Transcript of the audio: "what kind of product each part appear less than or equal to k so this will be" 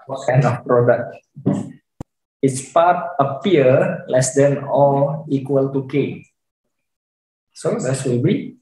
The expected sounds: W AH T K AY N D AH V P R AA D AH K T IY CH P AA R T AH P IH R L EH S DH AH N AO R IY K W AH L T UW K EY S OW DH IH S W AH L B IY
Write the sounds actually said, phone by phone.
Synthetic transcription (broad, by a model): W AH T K AY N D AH F P R AA D AH K T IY S P AA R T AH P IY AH L EH S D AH N AO L IY K W AH L T UW K EY S OW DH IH S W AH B IY